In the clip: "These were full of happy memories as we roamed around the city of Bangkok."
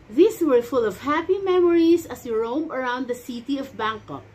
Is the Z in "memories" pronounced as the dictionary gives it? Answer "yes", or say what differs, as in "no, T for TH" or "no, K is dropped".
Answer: no, S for Z